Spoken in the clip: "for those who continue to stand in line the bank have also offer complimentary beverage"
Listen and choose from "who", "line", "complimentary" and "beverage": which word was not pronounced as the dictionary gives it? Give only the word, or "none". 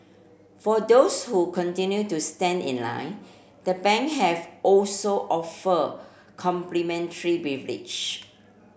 beverage